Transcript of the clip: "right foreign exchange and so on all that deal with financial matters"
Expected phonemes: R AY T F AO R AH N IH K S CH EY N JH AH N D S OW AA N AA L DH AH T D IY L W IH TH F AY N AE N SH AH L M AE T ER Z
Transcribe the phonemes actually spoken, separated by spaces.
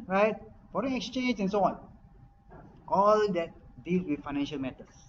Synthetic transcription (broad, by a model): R AY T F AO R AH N IH K S CH EY N JH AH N S OW AA N AA L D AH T D IY L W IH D F AY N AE N SH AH L M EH T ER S